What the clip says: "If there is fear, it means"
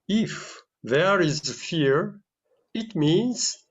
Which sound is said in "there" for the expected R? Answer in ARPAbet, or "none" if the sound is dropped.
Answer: R